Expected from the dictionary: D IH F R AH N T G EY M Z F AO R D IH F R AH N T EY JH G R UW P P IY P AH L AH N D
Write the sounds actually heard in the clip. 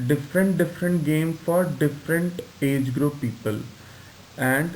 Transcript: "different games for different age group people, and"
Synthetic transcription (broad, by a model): D IH F R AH N T G EY M F AO R D IH F R AH N T EY JH G R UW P P IY P AH L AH N D